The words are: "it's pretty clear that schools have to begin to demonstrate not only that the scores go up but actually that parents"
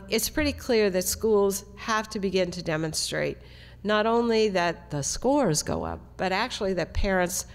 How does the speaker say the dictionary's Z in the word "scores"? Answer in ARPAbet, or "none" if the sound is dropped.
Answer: Z